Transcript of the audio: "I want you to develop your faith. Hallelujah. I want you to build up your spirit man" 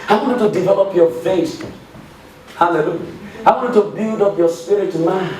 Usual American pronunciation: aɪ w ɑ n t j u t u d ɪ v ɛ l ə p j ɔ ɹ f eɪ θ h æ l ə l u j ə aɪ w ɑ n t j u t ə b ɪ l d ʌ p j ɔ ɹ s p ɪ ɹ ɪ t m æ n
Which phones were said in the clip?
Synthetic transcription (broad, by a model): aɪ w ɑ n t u t u d ɪ v ɛ l ə p j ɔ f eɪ s h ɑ l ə l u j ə aɪ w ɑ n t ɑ t ə b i l d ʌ p j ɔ s p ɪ ɹ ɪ t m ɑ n